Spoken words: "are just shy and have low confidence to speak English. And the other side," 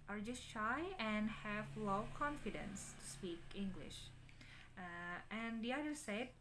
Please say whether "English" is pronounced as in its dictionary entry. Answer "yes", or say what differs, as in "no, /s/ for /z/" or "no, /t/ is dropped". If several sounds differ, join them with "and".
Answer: yes